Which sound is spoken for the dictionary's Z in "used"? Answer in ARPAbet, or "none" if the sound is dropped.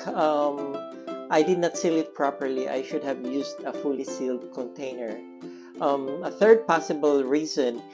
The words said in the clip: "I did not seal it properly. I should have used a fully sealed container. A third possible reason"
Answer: S